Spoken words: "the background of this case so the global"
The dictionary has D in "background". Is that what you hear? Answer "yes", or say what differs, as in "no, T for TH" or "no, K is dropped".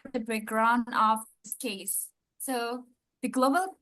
no, D is dropped